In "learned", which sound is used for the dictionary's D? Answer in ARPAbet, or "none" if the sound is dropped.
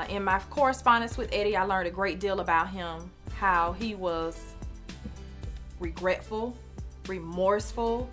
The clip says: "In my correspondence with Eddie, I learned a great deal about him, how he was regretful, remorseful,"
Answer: D